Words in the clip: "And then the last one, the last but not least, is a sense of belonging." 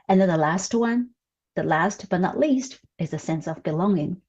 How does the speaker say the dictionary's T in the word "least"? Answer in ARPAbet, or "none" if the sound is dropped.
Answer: T